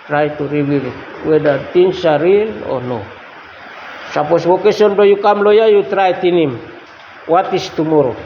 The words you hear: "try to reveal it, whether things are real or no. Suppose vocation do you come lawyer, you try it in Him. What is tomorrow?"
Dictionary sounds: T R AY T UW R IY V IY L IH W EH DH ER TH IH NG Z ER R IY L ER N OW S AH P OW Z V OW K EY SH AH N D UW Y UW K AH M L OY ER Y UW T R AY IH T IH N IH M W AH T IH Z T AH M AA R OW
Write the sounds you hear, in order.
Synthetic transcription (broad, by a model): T R AY T UW R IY W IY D IH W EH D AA T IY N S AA R IY L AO N OW S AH P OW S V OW K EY S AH N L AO Y UW K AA M L OY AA Y UW T R AY T IH N IH M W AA T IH S T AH M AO R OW